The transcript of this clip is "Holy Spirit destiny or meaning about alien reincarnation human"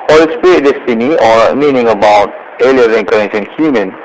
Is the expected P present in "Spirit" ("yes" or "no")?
no